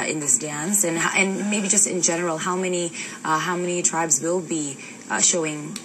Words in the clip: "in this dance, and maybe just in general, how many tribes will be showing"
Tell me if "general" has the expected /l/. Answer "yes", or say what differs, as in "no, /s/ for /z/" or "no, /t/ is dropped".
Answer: no, /n/ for /l/